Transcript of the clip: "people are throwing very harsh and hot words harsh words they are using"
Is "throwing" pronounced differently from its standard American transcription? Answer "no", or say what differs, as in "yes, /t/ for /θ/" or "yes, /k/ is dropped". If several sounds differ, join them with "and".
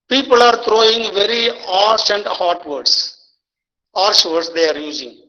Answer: yes, /t/ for /θ/